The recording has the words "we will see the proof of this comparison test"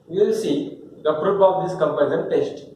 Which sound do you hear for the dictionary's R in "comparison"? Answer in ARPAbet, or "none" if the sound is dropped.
none